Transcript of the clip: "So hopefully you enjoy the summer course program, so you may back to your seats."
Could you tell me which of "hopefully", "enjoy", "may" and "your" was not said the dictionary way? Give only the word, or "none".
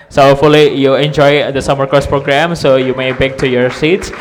hopefully